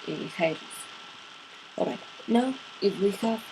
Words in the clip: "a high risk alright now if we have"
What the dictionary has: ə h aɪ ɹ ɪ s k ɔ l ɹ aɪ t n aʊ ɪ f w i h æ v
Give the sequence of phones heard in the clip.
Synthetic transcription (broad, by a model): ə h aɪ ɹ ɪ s ɔ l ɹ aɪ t n aʊ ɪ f w i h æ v